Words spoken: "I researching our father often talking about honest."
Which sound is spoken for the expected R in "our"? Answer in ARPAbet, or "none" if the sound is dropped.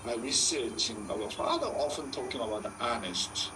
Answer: W